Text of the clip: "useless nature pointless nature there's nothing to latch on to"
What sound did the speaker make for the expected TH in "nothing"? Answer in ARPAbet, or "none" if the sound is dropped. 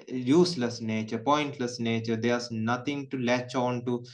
T